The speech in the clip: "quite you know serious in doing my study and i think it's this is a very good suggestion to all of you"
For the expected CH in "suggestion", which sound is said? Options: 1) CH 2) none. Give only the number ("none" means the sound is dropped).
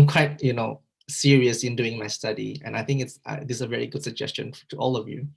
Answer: 1